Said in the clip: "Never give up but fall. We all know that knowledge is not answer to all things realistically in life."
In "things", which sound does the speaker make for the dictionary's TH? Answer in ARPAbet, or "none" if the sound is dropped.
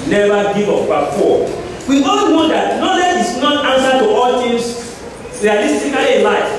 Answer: T